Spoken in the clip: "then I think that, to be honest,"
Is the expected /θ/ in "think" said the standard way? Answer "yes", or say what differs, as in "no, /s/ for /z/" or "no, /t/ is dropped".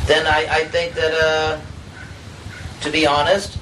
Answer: yes